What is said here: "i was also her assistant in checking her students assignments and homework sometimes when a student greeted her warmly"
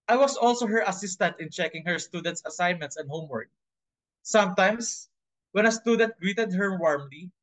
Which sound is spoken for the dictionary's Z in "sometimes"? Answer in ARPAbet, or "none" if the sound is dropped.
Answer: S